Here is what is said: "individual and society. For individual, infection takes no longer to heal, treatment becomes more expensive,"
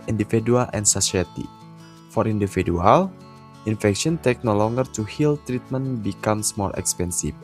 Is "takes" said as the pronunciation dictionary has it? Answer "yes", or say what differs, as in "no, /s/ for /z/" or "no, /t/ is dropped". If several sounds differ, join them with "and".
no, /s/ is dropped